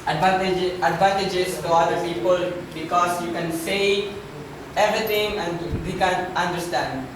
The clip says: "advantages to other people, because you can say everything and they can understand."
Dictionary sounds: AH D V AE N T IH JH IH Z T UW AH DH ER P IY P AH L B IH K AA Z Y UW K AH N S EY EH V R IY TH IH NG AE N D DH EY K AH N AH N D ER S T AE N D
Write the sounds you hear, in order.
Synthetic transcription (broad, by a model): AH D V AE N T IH JH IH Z T UW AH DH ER P IY P AH L B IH K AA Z Y UW K AH N S EY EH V R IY T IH NG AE N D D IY K AH N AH N D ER S T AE N D